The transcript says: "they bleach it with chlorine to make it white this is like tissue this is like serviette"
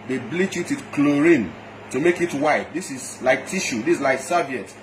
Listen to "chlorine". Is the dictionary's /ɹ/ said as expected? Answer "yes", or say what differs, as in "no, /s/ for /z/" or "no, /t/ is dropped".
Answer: yes